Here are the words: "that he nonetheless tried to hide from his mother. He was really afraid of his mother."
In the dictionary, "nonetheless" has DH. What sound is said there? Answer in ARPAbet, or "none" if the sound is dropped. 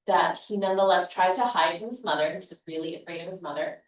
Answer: DH